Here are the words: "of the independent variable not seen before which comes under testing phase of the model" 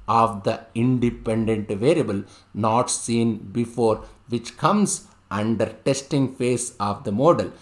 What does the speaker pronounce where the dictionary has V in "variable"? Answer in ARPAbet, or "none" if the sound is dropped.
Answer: V